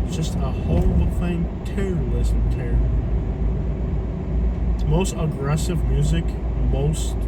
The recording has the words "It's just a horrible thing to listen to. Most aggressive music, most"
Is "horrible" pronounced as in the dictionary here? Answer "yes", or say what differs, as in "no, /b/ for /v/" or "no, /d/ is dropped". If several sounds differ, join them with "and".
no, /ɹ/ is dropped and /b/ is dropped